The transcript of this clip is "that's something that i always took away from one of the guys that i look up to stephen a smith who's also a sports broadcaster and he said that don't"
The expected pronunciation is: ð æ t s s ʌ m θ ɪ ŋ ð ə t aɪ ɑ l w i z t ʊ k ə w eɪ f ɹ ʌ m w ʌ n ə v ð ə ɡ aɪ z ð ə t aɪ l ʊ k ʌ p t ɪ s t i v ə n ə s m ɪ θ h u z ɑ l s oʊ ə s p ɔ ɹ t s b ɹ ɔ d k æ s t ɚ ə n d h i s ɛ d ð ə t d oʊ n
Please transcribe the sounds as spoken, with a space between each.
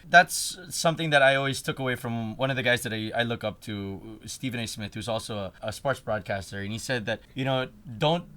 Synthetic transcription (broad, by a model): ð æ t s s ʌ m θ ɪ ŋ ð ə t aɪ ɑ l w i z t ʊ k ə w eɪ f ɹ ʌ m w ʌ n ə v ð ə ɡ aɪ z ð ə t aɪ l ʊ k ʌ p t ɪ s t i v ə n ə s m ɪ θ h u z ɑ l s oʊ ə s p ɔ ɹ t s b ɹ ɔ d k æ s t ɚ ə n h i s ɛ d ð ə t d oʊ n